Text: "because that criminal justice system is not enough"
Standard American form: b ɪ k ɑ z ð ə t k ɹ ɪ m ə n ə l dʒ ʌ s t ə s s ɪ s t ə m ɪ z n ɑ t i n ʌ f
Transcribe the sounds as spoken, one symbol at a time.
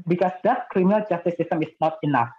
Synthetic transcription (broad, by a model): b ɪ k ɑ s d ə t k ɹ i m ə ə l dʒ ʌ s t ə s s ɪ s t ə m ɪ s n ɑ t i n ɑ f